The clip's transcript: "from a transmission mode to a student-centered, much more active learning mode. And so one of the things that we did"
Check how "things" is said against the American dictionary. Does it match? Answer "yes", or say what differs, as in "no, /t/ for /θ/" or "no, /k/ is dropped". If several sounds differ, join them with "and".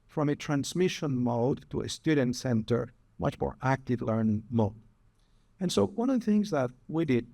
yes